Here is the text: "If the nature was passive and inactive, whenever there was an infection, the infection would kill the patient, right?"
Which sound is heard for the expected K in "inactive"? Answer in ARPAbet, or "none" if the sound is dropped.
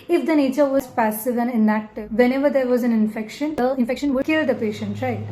none